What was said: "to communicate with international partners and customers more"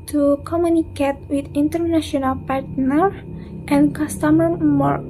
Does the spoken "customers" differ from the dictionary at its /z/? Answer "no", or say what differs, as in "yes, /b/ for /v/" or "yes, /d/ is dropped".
yes, /z/ is dropped